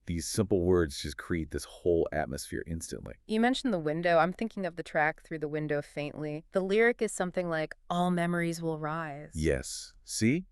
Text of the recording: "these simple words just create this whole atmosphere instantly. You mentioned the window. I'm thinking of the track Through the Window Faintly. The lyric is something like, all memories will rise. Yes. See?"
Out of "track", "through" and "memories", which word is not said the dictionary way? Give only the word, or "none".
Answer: none